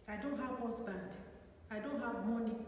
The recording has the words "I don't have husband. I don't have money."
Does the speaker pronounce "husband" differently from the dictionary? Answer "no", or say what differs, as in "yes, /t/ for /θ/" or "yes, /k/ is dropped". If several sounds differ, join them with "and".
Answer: yes, /s/ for /z/